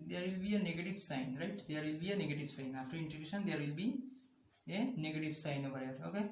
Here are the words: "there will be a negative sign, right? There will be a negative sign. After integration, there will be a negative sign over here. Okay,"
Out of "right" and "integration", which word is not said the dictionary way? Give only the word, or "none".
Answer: integration